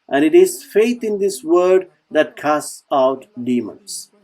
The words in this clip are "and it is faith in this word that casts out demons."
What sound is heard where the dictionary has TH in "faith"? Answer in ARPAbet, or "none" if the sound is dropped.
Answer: T